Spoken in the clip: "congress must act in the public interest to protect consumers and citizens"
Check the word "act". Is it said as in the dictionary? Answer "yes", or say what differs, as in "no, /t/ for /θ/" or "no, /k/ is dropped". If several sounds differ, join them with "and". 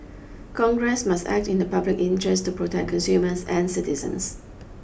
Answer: yes